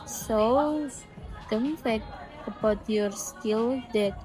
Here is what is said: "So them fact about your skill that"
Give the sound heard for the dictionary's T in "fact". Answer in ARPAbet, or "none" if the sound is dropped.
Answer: none